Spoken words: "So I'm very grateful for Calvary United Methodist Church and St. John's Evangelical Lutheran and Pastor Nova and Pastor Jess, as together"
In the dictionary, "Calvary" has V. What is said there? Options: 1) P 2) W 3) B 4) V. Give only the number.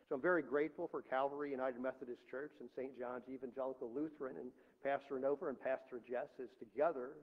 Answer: 4